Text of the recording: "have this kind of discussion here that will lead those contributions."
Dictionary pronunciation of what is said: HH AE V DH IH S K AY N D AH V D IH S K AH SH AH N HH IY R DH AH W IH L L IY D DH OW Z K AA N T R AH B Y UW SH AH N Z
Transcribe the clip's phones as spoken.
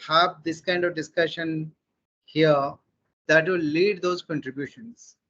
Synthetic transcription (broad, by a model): HH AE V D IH S K AY N D AH V D IH S K AH SH AH N HH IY R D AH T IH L L IY D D OW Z K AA N T R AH B Y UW SH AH N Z